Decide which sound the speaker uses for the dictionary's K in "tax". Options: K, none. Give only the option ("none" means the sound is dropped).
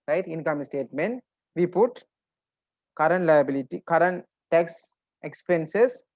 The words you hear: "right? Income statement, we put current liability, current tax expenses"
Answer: K